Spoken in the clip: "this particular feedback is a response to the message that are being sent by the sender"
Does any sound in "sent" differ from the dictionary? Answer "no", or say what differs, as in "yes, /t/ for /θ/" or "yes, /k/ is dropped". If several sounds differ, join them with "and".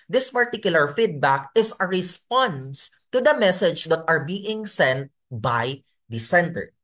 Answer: no